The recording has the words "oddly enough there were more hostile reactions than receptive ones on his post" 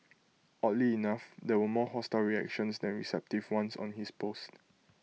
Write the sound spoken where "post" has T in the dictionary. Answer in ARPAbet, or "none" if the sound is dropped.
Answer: T